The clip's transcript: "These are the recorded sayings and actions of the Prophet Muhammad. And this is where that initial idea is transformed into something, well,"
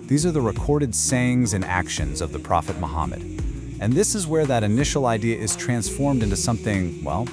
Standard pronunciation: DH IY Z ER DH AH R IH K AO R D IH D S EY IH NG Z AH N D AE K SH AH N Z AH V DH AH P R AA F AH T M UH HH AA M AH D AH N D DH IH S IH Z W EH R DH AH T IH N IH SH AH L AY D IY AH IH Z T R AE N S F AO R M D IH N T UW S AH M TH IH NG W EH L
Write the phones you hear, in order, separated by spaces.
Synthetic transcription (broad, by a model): DH IY Z ER DH AH R IH K AO R D IH D S EY IH NG Z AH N AE K SH AH N Z AH V DH AH P R AA F AH T M UH HH AA M AH D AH N DH IH S IH Z W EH R DH AH T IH N IH SH L AY D IY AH IH Z T R AE N S F AO R M D IH N T UW S AH M TH IH NG W EH L